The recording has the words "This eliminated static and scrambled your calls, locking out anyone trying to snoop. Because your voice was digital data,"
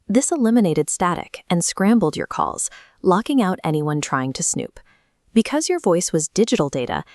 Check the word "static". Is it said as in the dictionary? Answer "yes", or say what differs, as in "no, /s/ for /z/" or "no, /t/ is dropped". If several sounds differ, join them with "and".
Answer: yes